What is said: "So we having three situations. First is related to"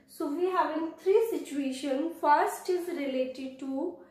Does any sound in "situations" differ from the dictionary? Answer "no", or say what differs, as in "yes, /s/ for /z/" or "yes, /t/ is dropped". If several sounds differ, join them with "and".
yes, /z/ is dropped